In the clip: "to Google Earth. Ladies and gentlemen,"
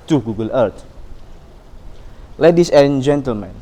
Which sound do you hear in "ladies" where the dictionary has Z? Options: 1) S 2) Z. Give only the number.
1